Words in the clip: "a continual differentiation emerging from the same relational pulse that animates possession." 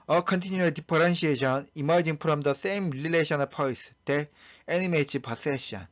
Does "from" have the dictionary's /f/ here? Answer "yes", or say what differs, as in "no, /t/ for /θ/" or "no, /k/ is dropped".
no, /p/ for /f/